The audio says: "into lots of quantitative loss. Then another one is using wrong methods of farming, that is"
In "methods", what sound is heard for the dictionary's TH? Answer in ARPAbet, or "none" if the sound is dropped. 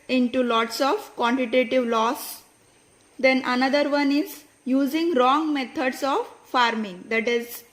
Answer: T